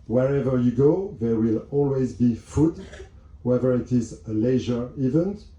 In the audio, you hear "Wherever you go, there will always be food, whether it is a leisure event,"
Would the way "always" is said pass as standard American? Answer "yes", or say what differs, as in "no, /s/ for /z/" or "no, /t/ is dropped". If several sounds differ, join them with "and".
yes